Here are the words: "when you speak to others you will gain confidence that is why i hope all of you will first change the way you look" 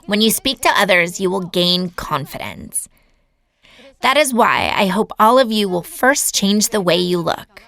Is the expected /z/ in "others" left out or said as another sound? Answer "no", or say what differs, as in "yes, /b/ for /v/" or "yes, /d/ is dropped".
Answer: no